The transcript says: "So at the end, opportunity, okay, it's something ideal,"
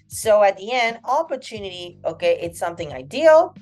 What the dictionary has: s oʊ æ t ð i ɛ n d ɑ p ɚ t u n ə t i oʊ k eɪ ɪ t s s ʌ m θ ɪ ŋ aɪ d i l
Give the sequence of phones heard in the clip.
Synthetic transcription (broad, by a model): s oʊ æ t ð i ɛ n d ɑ p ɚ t u n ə t i oʊ k eɪ ɪ t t s ʌ m θ ɪ ŋ aɪ d i l